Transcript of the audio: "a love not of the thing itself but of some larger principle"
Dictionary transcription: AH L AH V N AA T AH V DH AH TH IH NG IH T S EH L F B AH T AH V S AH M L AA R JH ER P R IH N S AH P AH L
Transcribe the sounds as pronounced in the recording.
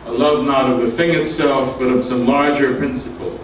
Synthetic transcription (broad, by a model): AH L AH V N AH T AH V DH AH TH IH NG IH T S EH L F B AH T AH V S AH M L AA R JH ER P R IH N S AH P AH L